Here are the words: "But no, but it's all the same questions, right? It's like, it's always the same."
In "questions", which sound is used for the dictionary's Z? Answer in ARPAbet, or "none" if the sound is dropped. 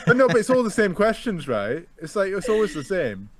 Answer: Z